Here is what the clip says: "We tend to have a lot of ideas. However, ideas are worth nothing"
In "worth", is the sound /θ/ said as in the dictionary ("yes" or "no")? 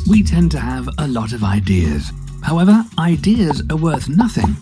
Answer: yes